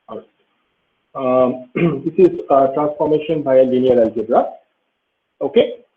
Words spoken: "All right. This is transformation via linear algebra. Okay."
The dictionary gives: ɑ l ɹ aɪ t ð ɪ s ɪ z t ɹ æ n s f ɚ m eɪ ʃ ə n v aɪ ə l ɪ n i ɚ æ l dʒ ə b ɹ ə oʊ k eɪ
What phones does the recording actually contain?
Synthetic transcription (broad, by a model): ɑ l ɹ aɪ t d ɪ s ɪ z t ɹ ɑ n s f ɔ m eɪ ʃ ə n b aɪ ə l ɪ n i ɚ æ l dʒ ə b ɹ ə oʊ k eɪ